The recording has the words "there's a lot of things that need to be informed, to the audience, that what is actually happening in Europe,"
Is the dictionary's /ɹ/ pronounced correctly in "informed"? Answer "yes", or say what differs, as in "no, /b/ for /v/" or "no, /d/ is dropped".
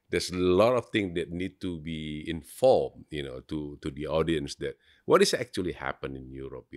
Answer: no, /l/ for /ɹ/